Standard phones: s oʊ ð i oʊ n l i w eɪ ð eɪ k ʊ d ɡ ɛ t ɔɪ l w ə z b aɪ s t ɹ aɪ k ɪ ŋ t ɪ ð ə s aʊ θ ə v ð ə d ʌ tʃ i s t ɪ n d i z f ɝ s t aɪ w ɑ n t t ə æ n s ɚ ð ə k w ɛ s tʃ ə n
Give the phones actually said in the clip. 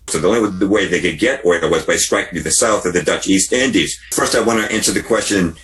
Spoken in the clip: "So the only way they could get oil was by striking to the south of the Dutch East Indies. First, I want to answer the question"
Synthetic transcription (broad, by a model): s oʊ ð i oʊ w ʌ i w eɪ ð eɪ k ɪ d ɡ ɛ t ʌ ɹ w ə z b aɪ s t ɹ aɪ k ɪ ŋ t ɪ ð ə s aʊ θ ə v ð ə d ʌ tʃ i s t ɪ n d i z f ɝ s t aɪ w ɑ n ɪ t æ n s ɚ ð ə k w ɛ s tʃ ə n